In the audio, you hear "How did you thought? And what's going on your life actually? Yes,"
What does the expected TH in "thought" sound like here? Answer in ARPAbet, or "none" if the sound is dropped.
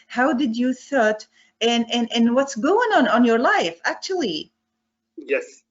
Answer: TH